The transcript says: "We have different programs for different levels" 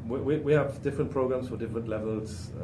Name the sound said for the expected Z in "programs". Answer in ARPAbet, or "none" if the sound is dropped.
S